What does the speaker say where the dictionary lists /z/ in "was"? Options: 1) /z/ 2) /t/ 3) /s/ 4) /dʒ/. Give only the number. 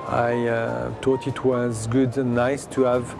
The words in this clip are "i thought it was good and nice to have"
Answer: 1